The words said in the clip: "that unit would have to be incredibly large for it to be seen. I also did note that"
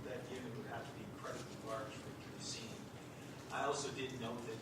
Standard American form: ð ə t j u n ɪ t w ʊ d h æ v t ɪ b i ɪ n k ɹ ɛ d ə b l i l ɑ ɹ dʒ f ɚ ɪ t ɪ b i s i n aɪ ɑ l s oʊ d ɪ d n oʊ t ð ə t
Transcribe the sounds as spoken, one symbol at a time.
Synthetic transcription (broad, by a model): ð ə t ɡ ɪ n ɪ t w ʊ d h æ f t ɪ b i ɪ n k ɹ ɛ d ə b l i l ɑ ɹ dʒ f ɪ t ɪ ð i s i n aɪ ɑ l s oʊ d ɪ d n oʊ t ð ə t